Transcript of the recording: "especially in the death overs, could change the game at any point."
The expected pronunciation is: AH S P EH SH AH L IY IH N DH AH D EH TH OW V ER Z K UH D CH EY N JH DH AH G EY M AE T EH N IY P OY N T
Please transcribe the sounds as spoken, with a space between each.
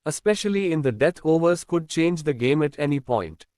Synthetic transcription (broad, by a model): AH S P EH SH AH L IY IH N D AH D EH T OW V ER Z K UH D CH EY N JH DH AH G EY M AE T EH N IY P OY N T